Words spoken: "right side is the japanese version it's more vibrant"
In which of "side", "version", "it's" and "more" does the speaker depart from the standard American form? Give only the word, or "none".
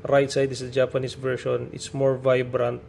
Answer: version